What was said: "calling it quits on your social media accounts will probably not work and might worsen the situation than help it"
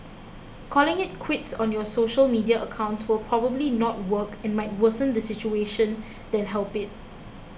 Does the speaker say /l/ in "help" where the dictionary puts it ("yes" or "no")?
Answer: yes